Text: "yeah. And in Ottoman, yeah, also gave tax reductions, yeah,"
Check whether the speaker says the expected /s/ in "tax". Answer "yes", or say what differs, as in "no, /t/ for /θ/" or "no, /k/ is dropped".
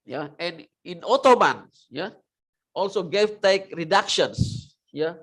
no, /s/ is dropped